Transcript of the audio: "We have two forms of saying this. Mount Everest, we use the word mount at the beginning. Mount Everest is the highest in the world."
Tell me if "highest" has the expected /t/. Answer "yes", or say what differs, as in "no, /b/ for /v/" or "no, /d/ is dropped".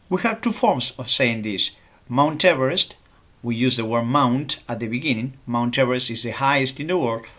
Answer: yes